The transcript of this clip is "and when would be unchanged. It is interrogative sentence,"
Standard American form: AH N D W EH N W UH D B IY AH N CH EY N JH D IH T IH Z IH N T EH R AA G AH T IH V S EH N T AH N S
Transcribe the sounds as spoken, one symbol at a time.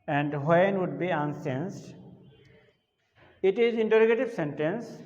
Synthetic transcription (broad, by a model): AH N D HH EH N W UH D B IY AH N S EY N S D IH T IH Z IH N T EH R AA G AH T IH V S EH N T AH N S